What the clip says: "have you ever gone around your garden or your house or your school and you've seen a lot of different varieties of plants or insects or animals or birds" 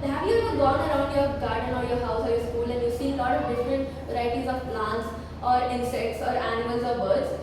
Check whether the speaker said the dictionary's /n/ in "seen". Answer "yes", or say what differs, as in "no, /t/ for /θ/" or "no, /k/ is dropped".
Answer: no, /n/ is dropped